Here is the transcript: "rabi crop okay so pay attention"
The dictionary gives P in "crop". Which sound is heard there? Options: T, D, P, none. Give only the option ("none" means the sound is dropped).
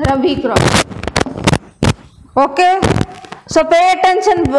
none